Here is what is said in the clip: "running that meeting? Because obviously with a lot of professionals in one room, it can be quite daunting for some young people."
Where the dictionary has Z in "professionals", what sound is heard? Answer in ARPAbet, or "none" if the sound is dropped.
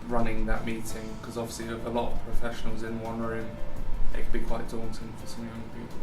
Z